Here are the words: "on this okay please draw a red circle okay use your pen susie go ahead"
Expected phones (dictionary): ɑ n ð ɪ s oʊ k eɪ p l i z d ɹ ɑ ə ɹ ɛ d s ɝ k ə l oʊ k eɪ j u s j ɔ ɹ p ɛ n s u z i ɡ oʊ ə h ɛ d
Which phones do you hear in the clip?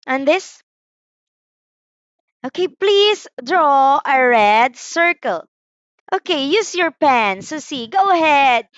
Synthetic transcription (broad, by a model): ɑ n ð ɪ s oʊ k eɪ p l i s d ɹ ɑ ə ɹ ɛ d s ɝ k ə l oʊ k eɪ j u s j ɔ ɹ p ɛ n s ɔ s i ɡ oʊ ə h ɛ d